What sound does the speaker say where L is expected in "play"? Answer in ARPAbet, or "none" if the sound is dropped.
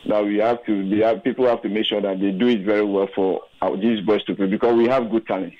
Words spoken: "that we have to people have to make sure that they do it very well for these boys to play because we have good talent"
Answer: none